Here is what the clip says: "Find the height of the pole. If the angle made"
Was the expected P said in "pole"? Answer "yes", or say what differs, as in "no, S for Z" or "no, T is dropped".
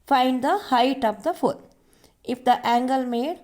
no, F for P